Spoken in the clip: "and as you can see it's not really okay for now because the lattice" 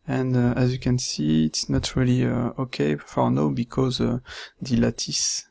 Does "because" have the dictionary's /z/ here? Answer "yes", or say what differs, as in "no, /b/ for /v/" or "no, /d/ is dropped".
yes